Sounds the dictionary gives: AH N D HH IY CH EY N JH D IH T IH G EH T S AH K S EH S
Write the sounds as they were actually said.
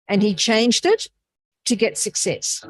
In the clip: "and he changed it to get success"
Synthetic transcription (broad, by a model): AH N IY CH EY N JH D IH T IH G EH T S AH K S EH S